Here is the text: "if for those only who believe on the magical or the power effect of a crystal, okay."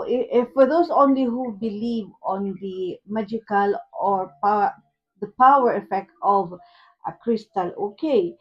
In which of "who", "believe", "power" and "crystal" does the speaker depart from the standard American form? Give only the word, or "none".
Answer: none